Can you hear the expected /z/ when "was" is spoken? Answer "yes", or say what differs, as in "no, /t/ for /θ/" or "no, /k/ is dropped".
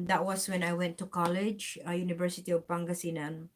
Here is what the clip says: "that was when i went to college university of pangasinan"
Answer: no, /s/ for /z/